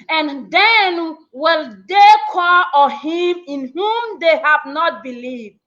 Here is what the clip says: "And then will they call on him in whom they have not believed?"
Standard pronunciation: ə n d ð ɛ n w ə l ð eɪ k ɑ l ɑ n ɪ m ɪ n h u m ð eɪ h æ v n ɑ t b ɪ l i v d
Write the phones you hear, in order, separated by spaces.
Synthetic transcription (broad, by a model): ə n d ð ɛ n w ə l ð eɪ k ɑ l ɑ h ɪ m ɪ n h u m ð eɪ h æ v n ɑ t b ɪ l i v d